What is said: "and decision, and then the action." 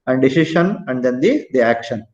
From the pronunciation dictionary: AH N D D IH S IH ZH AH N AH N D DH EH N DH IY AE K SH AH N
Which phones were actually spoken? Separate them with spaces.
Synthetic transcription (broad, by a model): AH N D D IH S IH SH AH N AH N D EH N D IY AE K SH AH N